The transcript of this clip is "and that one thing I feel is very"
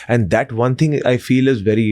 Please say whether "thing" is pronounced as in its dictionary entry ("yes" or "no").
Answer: no